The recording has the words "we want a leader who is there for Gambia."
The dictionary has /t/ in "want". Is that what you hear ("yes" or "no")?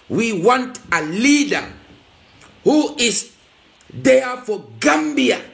yes